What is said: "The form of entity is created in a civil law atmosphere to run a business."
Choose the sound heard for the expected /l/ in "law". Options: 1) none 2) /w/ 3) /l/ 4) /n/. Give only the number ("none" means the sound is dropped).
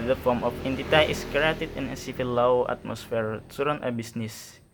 2